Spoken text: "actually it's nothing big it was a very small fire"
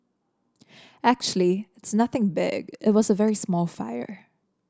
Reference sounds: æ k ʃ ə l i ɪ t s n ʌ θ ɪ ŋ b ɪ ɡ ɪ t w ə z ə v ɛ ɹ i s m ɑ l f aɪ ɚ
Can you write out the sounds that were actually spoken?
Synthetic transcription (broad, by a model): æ k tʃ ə l i ɪ t s n ʌ θ ɪ ŋ b ɪ ɡ ɪ t w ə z ə v ɛ ɹ i s m ɑ l f aɪ ɚ